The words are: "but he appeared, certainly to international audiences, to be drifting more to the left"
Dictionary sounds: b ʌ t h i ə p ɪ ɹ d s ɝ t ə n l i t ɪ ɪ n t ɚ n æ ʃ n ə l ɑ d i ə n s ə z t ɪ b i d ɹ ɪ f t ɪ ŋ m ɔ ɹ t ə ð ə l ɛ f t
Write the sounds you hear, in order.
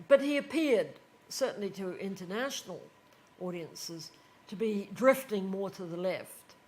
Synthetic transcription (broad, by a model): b ʌ t h i ə p ɪ ɹ d s ɝ t n l i t ɪ ɪ n t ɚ n æ ʃ n l ɑ d i ə n s ə z t ɪ b i d ɹ ɪ f t ɪ ŋ m ɔ ɹ t ə ð ə l ɛ f t